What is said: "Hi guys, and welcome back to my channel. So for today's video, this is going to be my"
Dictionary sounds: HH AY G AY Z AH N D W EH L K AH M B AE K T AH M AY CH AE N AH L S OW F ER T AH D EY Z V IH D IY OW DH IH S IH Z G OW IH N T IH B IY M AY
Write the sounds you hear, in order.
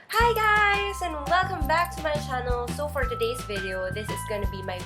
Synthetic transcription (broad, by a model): HH AY G AY Z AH N W EH L K AH M B AE K T AH M AY CH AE N L S OW F ER T AH D EY Z V IH D IY OW DH IH S IH Z G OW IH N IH B IY M AY